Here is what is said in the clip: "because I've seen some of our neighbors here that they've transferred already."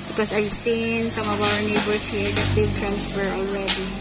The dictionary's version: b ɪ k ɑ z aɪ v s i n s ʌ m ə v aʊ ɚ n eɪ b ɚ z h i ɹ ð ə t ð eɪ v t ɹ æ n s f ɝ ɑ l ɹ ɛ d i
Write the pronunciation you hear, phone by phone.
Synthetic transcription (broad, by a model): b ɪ k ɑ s aɪ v s i n s ʌ m ə v aʊ ɚ n eɪ b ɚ s h i ɹ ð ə t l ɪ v t ɹ æ n s f ɝ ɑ l ɹ ɛ d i